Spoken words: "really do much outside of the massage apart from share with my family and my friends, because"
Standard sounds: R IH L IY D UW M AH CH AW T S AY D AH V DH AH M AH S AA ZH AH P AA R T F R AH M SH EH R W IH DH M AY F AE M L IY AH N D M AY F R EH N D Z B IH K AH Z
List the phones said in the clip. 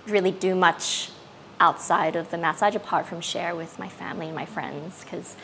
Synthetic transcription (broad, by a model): R IH L IY D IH M AH CH AW T S AY D AH V DH AH M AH S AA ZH AH P AA R T F R AH M SH EH R W IH DH M AY F AE M L IY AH N M AY F R EH N D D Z K AH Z